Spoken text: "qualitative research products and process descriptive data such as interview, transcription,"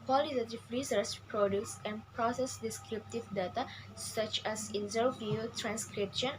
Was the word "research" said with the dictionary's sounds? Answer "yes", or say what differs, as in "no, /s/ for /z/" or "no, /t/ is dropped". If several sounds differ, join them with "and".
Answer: no, /s/ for /tʃ/